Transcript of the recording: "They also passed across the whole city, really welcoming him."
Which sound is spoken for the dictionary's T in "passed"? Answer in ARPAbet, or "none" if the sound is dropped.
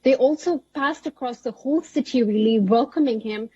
T